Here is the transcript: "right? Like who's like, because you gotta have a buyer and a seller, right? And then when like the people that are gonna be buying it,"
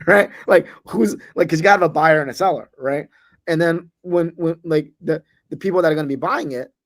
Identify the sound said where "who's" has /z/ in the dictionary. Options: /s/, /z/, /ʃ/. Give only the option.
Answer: /z/